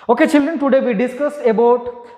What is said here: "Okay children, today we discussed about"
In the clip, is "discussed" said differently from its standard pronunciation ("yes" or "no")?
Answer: yes